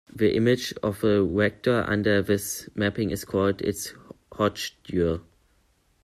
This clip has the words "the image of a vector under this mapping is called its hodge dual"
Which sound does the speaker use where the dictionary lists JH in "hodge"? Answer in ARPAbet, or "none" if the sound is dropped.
CH